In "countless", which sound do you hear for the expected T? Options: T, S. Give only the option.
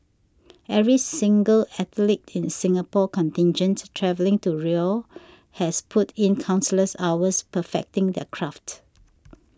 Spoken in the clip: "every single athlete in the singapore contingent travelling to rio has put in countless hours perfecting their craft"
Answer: S